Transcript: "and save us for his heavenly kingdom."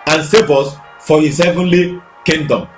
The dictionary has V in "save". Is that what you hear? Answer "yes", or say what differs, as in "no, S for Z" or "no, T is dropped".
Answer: no, B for V